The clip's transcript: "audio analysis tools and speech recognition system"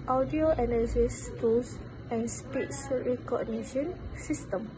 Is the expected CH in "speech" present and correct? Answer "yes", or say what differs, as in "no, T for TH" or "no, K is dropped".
no, S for CH